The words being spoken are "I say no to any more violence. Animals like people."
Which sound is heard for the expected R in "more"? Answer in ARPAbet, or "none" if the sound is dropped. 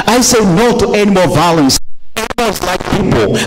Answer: L